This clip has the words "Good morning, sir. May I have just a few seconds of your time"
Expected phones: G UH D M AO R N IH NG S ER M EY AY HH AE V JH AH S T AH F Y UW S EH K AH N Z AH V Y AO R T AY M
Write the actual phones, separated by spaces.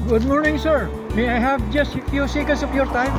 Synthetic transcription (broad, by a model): G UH D M AO R N IH NG S ER M EY AY HH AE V JH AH S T AH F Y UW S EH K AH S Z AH P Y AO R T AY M